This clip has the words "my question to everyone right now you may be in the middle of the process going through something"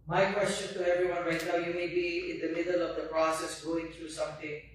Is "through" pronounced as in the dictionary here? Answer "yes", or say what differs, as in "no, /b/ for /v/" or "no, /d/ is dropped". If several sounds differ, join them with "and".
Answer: no, /t/ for /θ/